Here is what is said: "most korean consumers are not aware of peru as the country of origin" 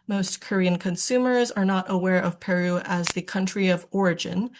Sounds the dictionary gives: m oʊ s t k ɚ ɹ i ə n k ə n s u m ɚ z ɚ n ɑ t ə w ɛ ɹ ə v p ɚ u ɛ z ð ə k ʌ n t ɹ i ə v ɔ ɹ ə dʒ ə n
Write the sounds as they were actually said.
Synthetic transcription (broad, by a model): m oʊ s t k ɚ ɹ i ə n k ə n s u m ɚ z ɚ n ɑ t ə w ɛ ɹ ə v p ɚ u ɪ z ð ə k ʌ n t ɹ i ə v ɔ ɹ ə dʒ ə n